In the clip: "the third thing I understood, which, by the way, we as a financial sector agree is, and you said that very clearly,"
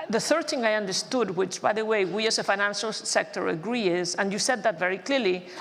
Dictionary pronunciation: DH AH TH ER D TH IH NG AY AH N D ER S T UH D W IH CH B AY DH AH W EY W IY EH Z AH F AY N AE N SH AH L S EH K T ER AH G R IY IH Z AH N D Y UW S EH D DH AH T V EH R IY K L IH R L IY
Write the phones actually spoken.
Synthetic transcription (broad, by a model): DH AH TH ER D TH IH NG AY AH N D ER S T UH D W IH CH B AY DH AH W EY W IY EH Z AH F AY N AE N SH AH L S EH K T ER AH G R IY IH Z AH N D Y UW S EH D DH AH T V EH R IY K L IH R L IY